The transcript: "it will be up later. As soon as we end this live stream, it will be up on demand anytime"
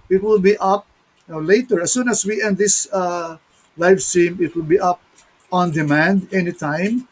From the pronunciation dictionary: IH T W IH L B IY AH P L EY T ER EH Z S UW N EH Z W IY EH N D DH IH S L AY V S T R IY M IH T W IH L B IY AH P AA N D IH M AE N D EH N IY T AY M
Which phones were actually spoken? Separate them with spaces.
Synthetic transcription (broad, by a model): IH T W IH L B IY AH P L EY T ER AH S UW N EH S W IY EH N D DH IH S L AY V S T IY M IH T W IH L B IY AH P AA N D IH M AE N D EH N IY T AY M